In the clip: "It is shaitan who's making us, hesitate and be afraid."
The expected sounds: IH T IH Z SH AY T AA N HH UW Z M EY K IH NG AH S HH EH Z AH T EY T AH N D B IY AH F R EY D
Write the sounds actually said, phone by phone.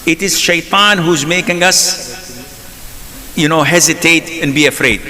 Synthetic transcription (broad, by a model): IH T IH Z SH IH T AA N HH UW Z M EY K IH NG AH S HH EH Z AH T EY T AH N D B IY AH F R EY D